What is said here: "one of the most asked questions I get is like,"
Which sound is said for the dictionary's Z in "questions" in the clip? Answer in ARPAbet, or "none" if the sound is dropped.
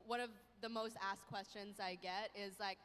Z